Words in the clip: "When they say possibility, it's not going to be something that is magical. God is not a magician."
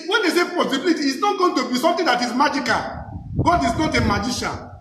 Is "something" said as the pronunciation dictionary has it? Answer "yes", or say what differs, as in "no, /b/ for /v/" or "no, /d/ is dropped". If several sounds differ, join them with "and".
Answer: no, /t/ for /θ/